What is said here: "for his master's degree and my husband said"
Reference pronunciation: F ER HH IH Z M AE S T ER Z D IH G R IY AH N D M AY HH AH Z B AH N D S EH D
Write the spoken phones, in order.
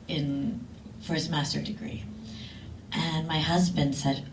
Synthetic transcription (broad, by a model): F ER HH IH Z M AE S T ER D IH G R IY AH N M AY HH AH Z B AH N D S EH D